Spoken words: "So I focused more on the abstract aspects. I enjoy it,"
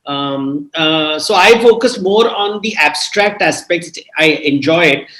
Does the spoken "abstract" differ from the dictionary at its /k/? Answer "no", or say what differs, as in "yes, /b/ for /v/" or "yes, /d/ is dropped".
no